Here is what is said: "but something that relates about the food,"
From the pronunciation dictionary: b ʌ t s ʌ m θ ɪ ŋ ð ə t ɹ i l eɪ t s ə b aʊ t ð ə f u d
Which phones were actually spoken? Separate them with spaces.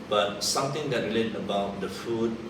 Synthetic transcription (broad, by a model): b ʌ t s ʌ m t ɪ ŋ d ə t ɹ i l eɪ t ə b aʊ t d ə f u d